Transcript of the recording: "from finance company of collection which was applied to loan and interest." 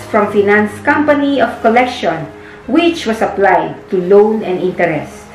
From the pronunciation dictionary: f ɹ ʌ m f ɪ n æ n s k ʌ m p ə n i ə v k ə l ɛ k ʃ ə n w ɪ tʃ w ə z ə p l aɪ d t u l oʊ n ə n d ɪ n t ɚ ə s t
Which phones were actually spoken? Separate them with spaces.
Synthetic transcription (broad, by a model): f ɹ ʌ m f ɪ n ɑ n s k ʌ m p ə n i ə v k ə l ɛ k ʃ ə n w ɪ tʃ w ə s ə p l aɪ d t u l oʊ n ə n d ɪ n t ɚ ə s t